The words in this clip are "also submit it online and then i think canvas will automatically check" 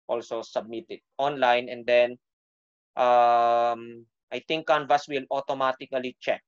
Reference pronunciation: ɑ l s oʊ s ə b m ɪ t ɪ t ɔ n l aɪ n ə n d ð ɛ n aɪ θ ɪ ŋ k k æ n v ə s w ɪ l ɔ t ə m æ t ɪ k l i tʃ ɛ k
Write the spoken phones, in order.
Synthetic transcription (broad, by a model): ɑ l s oʊ s ə b m ɪ t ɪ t ɔ n l aɪ n ə n d ɛ n aɪ t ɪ ŋ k k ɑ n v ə s w ɪ l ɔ t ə m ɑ t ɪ k l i tʃ ɛ k